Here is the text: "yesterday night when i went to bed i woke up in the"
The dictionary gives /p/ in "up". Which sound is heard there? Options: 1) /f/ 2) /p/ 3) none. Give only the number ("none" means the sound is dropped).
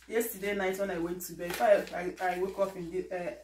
1